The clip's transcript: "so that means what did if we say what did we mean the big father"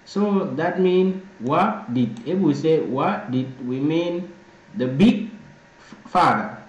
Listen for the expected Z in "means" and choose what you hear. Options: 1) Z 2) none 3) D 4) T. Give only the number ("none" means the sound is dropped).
2